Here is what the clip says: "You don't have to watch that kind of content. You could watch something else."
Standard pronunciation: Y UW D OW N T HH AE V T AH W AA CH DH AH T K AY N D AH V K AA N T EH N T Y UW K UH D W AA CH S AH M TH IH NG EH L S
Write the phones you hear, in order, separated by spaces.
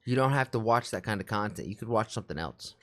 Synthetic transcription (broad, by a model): Y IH D OW N T HH AE F T AH W AA CH DH AH T K AY N D AH V K AA N T EH N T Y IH K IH D W AA CH S AH M TH IH NG EH L S